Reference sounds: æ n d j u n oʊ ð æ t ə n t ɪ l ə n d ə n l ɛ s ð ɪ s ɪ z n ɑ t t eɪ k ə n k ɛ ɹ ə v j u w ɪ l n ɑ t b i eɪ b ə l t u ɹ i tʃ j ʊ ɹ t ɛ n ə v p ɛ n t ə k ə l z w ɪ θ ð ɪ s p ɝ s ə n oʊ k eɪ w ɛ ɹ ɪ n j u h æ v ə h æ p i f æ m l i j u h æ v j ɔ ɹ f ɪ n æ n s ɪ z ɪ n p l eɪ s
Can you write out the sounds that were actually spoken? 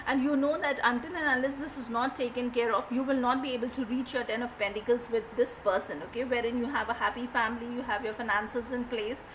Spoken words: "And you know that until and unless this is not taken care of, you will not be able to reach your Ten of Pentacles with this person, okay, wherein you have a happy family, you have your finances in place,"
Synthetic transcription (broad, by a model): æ n d j u n oʊ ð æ t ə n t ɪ n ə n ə l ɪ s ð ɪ s ɪ z n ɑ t t eɪ k ə n k ɛ ɹ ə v j u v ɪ l n ɑ t b i eɪ b ə l t u ɹ i tʃ j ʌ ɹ t ɛ n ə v p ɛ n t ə k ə l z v ɪ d ɪ s p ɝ s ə n oʊ k eɪ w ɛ ɹ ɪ n j u h æ v ə h æ p i f æ m l i j u h æ v j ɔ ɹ f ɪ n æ n s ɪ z ɪ n p l eɪ s